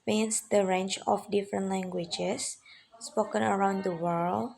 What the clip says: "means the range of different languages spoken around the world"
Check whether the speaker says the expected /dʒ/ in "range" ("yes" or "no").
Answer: no